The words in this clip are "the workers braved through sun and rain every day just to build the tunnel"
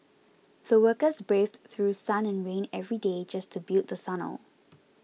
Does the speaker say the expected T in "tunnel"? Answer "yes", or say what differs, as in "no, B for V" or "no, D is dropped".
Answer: no, S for T